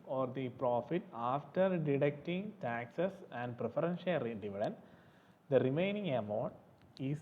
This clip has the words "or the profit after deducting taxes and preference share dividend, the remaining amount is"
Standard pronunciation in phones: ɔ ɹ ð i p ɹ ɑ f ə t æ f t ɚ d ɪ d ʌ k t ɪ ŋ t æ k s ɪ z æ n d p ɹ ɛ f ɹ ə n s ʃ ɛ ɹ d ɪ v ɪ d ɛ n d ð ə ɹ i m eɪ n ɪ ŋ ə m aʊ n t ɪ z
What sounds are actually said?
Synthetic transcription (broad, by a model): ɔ ɹ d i p ɹ ɑ f ə t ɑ f t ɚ d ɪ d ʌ k t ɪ ŋ t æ k s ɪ s æ n d p ɹ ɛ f ɹ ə n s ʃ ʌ l d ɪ v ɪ d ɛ n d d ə ɹ i m eɪ n ɪ ŋ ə m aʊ n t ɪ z